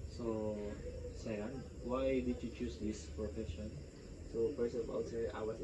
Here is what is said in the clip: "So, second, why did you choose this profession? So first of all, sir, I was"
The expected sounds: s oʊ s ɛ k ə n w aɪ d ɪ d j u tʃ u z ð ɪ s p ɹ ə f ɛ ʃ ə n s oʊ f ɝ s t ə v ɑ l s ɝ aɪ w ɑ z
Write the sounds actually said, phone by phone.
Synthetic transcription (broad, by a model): s oʊ s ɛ ə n w aɪ d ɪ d j u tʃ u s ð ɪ s p ɹ ə f ɛ ʃ ə n s oʊ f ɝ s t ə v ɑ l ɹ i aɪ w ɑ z